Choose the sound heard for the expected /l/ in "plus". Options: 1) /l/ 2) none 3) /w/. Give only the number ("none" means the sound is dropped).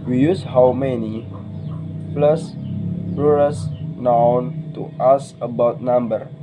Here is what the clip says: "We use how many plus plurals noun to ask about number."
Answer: 1